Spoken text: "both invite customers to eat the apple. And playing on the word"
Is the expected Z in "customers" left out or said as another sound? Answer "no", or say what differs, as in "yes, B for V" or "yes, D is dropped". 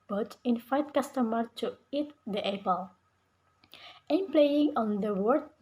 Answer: yes, Z is dropped